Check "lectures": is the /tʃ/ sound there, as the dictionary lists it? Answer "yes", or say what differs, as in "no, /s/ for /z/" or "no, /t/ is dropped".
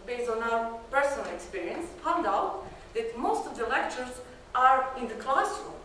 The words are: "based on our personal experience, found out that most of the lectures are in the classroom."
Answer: yes